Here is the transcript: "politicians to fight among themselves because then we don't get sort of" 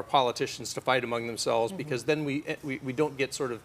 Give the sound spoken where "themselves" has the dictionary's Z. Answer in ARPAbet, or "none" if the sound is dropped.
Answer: Z